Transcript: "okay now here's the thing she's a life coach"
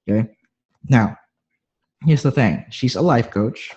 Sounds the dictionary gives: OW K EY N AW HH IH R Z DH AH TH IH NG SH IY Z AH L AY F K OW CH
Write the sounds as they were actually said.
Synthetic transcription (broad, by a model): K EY N AW HH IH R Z DH AH TH IH NG SH IY Z AH L AY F K OW CH